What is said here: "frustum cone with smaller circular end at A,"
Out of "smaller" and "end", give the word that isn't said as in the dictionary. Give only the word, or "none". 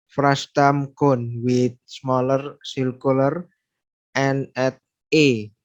end